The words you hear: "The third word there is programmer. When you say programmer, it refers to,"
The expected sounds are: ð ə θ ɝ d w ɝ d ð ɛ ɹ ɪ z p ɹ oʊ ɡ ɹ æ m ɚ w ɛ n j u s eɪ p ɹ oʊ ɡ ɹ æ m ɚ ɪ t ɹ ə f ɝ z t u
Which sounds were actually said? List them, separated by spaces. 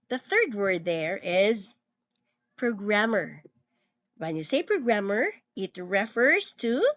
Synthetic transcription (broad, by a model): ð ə θ ɝ d w ɝ d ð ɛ ɹ ɪ z p ɹ oʊ ɡ ɹ æ m ɚ w ɛ n j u s eɪ p ɹ oʊ ɡ ɹ æ m ɚ ɪ t ɹ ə f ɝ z t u